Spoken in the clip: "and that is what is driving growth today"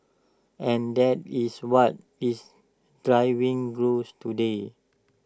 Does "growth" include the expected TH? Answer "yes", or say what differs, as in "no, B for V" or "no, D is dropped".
no, S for TH